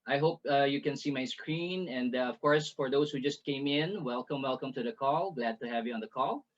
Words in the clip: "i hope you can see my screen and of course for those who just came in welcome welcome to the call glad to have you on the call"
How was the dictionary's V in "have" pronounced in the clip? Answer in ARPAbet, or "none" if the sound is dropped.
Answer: V